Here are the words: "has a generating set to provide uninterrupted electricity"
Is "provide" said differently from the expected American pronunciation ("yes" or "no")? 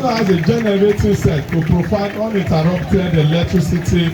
yes